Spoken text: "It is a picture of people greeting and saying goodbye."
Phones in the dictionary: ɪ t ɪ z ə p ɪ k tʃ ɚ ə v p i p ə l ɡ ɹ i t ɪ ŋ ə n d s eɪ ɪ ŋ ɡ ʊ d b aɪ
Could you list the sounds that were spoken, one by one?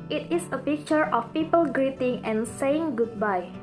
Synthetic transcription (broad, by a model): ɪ t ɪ s ə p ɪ k tʃ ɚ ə f p i p ə l ɡ ɹ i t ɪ ŋ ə n s eɪ ɪ ŋ ɡ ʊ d b aɪ